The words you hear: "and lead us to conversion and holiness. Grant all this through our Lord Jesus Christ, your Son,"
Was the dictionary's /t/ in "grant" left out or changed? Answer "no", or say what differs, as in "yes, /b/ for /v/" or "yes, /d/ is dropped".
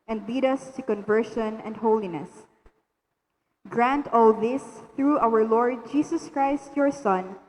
no